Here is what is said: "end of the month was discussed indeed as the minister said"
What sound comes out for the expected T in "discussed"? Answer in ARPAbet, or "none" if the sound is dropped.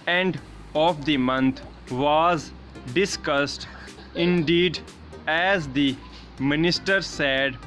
T